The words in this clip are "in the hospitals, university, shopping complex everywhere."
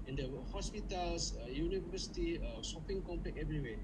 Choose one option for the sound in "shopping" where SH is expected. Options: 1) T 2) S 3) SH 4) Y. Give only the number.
2